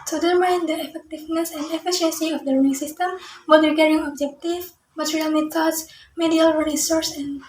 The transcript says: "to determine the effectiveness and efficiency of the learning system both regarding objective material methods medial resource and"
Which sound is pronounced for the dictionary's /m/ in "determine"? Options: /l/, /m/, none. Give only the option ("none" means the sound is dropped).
none